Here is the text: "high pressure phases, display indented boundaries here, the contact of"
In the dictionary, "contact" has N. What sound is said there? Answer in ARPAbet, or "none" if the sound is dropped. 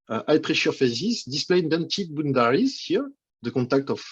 none